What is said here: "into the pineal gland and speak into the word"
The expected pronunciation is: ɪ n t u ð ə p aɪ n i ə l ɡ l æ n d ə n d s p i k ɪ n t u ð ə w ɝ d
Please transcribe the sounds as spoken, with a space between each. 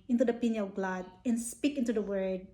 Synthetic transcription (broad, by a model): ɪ n t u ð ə p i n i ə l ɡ l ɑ d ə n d s p i k ɪ n t u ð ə w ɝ d